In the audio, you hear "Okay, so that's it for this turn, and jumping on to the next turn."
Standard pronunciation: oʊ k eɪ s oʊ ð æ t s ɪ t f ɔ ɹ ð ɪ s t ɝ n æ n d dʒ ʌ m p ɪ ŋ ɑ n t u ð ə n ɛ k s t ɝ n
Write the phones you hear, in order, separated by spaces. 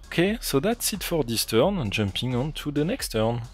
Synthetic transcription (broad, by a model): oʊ k eɪ s oʊ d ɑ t s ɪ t f ɔ ɹ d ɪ s t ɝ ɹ n dʒ ʌ m p ɪ ŋ ɑ n t u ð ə n ɛ k s t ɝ n